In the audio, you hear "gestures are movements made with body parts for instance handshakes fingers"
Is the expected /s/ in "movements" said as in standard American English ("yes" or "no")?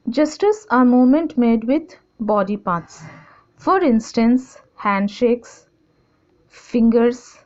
no